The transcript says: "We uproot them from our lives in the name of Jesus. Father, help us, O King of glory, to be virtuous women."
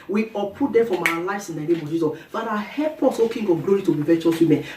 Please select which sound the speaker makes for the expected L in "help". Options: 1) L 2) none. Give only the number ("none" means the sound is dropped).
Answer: 2